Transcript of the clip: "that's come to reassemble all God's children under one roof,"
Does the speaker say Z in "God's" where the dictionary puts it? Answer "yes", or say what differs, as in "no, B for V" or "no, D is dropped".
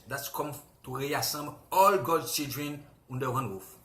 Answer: no, Z is dropped